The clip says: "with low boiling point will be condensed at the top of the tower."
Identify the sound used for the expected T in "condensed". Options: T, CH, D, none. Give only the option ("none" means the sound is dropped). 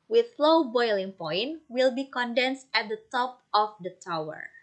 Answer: T